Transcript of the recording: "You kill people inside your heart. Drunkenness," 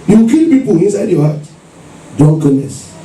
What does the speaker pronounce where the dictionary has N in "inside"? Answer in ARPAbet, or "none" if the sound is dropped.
N